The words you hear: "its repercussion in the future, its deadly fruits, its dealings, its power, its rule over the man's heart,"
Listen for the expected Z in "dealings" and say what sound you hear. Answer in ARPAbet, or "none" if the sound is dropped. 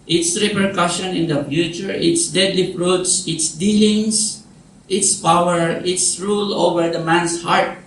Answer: S